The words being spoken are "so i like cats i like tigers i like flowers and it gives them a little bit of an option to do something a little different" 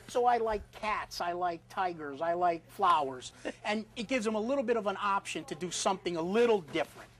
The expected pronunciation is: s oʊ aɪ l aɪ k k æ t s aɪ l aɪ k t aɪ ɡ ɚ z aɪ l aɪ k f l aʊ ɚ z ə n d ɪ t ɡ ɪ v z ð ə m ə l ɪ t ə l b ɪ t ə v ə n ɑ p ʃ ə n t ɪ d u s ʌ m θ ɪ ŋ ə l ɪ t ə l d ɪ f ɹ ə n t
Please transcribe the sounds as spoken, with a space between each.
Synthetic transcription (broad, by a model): s oʊ aɪ l aɪ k k æ t s aɪ l aɪ k t aɪ ɡ ɚ z aɪ l aɪ k f l aʊ ɚ z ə n ɪ t ɡ ɪ v z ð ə m ə l ɪ t l b ɪ t ə v ə n ɑ p ʃ ə n t ɪ d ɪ s ʌ m θ ɪ ŋ ə l ɪ t l d ɪ f ɹ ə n t